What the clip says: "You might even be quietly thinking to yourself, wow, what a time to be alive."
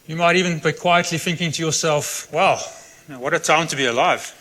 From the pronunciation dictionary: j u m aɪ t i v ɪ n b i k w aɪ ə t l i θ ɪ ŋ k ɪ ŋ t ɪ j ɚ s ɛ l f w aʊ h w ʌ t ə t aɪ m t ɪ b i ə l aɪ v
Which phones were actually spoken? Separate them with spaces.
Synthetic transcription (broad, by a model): j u m aɪ t i v ɪ n b i k w aɪ ə t l i θ ɪ ŋ k ɪ ŋ t ɪ j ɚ s ɛ l f w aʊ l w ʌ t ə t aɪ m t ɪ b i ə l aɪ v